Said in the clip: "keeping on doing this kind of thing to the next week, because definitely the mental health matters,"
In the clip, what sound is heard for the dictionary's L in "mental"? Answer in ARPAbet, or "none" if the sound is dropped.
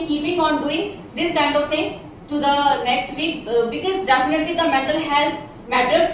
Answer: L